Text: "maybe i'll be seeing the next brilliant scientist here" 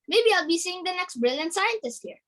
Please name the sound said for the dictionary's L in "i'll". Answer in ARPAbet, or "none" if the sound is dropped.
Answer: L